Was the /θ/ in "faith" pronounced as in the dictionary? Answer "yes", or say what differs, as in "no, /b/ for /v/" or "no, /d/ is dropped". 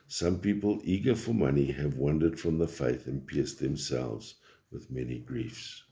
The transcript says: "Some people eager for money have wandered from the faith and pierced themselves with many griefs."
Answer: yes